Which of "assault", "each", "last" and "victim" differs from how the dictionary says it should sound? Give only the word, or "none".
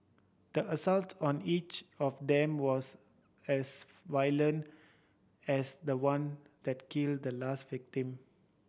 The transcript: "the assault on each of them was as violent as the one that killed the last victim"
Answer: none